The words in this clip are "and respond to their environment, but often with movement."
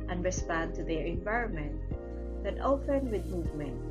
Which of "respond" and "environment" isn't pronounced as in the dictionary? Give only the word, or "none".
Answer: none